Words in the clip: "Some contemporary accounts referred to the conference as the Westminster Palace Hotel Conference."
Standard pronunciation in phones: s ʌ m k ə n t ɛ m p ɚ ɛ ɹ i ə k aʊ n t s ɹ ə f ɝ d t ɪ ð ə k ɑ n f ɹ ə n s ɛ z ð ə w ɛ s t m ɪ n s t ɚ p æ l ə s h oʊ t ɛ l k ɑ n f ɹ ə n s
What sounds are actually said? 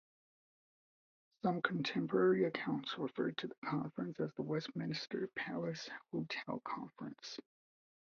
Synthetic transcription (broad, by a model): s ʌ m k n t ɛ m p ɚ ɛ ɹ i ə k aʊ n t s ɹ ə f ɝ d t ɪ ð ə k ɑ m f ɹ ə n s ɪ z ð ə w ɛ s t m ɪ n s t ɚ p æ l ə s h oʊ t ɛ l k ɑ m f ɹ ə n s